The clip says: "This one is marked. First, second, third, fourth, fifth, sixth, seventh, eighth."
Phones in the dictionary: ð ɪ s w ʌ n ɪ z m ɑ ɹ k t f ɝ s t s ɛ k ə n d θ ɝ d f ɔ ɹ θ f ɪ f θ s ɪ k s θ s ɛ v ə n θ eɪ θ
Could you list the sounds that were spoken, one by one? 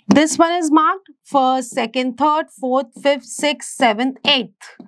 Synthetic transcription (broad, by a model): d ɪ s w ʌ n ɪ z m ɑ ɹ k t f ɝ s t s ɛ k ə n d t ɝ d f ɔ ɹ t f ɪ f t s ɪ k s s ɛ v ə n t eɪ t